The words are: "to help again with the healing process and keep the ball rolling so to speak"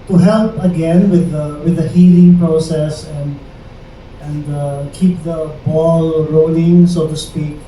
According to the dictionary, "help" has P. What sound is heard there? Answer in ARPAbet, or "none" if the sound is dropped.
P